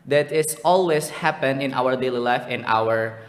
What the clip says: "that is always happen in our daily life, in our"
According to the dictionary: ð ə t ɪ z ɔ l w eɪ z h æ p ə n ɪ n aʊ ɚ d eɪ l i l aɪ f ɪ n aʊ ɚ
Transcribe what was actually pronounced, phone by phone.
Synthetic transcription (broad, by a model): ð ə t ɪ s ɔ l w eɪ s h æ p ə n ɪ n aʊ ɚ d eɪ l i l aɪ f ɪ n aʊ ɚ